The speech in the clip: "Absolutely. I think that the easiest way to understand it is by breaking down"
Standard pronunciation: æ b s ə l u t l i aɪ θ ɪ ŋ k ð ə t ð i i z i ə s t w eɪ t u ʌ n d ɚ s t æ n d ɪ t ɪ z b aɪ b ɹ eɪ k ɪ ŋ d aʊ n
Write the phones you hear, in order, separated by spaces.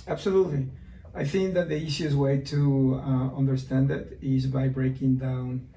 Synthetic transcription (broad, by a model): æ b s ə l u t l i aɪ θ ɪ ŋ k ð ə t ð i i s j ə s w eɪ t u ʌ n d ɚ s t æ n d ɪ t ɪ z b aɪ b ɹ eɪ k ɪ ŋ d aʊ n